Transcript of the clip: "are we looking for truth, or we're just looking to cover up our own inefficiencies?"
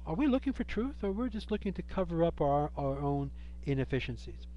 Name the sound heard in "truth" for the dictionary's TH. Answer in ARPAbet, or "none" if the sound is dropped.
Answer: TH